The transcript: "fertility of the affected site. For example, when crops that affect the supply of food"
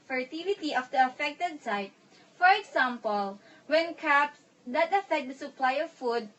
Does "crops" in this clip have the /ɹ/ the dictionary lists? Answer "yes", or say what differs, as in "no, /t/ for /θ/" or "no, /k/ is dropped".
no, /ɹ/ is dropped